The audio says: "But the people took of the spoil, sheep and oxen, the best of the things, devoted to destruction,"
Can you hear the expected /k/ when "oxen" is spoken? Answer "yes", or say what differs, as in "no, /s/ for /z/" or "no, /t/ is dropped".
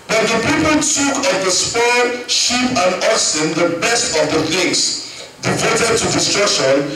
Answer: no, /k/ is dropped